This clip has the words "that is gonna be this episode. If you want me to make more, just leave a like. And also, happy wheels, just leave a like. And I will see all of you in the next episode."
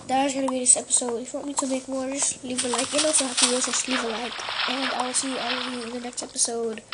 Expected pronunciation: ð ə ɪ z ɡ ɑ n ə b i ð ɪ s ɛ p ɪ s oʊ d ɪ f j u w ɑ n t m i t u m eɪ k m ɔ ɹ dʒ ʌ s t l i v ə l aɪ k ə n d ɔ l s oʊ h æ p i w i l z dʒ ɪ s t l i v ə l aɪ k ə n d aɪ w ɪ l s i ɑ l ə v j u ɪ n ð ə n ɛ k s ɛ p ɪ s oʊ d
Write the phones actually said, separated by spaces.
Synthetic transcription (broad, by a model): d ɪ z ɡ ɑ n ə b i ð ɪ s ɛ p ɪ s oʊ d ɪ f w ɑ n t m i t u m eɪ k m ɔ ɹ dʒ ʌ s l i v ə l aɪ k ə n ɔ s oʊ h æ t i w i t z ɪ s l i v ə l aɪ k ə n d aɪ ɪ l s i ɑ l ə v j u ɪ n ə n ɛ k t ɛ p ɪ s oʊ d